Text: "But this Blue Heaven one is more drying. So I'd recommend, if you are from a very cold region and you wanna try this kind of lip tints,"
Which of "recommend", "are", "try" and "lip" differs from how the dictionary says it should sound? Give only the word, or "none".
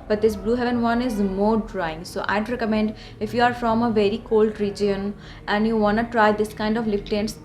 lip